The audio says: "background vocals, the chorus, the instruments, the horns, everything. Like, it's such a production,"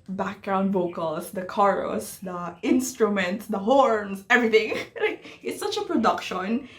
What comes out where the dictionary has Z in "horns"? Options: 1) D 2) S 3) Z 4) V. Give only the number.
2